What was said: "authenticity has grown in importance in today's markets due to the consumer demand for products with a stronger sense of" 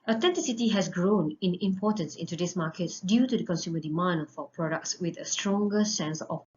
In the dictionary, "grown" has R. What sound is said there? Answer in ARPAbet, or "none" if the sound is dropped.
R